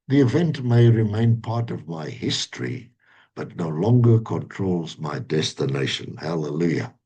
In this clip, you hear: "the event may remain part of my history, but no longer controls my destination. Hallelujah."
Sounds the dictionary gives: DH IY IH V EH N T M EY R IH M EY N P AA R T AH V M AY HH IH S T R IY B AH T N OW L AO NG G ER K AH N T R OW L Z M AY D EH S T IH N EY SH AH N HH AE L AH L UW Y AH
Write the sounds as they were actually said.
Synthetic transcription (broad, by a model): DH IY IH V EH N T M EY R IH M EY N P AA R T AH V M AY HH IH S T R IY B AH T N OW L AO NG G ER K AH N T R OW L Z M AY D EH S T IH N EY SH AH N HH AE L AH L UW Y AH